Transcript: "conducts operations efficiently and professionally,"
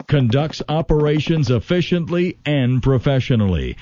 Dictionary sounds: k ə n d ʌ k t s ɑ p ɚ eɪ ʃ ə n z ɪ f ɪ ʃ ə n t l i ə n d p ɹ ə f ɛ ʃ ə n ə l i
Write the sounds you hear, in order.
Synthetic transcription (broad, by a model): k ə n d ʌ k t s ɑ p ɚ eɪ ʃ ə n z ɪ f ɪ ʃ ə n t l i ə n p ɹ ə f ɛ ʃ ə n l i